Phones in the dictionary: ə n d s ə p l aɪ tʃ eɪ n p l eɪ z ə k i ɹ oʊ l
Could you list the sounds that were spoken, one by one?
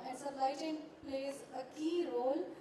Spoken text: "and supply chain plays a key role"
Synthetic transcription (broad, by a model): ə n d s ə l aɪ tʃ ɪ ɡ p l eɪ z ə k i ɹ oʊ l